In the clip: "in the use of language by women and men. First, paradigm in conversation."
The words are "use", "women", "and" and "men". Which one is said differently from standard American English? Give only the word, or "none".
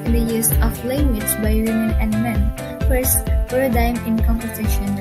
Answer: none